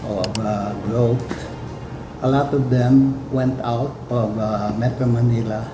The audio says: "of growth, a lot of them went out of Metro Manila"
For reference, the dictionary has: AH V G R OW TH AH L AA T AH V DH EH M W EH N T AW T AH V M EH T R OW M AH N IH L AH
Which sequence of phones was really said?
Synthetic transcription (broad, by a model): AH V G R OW T AH L AA T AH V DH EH M W EH N T AW T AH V M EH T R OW M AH N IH L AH